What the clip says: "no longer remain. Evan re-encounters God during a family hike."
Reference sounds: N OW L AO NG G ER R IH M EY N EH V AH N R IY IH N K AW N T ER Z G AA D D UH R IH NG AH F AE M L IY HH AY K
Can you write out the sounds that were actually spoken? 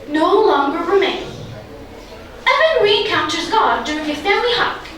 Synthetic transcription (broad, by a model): N OW L AO NG G ER R IH M EY N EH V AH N R IY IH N K AW N T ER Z G AA D D UH R IH NG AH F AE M L IY HH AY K